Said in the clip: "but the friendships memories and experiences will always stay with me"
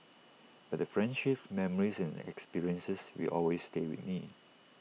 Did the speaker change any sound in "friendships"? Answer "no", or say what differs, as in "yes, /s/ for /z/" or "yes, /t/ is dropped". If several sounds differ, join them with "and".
yes, /s/ is dropped